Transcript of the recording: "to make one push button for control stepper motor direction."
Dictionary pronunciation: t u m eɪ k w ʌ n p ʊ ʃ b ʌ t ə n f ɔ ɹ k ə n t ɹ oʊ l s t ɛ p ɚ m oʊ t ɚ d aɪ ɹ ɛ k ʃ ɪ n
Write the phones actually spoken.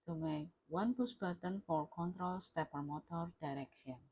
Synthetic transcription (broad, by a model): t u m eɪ w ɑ n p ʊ s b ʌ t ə n f ɔ ɹ k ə n t ɹ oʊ l s t ɛ p ɚ m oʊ t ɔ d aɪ ɹ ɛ k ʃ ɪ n